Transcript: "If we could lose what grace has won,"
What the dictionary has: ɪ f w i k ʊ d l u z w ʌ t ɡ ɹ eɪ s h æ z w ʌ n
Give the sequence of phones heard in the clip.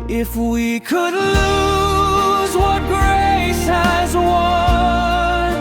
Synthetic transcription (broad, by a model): ɪ f w i k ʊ d l u z w ʌ t ɡ ɹ eɪ s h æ z w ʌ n